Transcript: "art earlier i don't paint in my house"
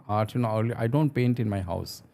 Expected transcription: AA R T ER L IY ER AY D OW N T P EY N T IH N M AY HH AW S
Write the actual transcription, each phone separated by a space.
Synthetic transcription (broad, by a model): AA R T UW N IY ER AY D OW N T P EY N T IH N M AY HH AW S